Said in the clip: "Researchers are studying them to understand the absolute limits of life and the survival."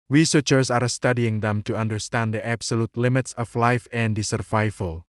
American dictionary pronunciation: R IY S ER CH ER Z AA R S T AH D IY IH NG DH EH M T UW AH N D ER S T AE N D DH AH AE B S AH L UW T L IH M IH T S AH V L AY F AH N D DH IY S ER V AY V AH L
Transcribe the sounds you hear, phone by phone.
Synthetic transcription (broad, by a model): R IY S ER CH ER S AA R S T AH D IY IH NG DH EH M T UW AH N D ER S T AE N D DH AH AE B S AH L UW T L IH M IH T S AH F L AY F AH N D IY S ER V AY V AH L